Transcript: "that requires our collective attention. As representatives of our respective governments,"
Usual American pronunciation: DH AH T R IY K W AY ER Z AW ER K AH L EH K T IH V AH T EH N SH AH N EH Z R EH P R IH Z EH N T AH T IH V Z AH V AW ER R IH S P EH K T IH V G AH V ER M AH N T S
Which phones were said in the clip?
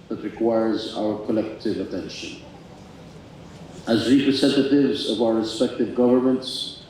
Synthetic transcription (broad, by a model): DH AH T R IY K W AY ER Z AW ER K AH L EH K T IH V AH T EH N SH AH N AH Z R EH P R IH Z EH N T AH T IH V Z AH V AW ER R IH S P EH K T IH V G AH V ER M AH N T S